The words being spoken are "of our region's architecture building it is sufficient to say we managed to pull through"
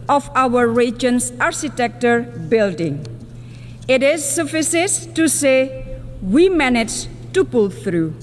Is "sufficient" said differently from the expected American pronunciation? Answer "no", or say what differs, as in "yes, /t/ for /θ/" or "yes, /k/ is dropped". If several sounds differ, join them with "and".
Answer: yes, /s/ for /ʃ/